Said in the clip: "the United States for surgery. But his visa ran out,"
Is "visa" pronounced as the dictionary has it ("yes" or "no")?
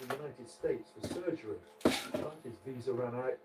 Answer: yes